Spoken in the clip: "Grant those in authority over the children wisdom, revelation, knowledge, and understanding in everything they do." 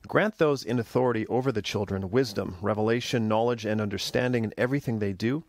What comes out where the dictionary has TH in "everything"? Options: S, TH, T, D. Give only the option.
TH